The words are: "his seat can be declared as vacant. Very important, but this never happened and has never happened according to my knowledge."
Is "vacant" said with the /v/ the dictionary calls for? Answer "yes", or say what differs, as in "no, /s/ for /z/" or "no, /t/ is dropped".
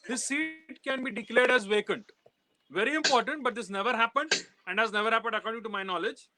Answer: yes